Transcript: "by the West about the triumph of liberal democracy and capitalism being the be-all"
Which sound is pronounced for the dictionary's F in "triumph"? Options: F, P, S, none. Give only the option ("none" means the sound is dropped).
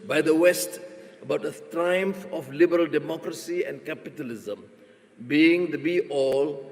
F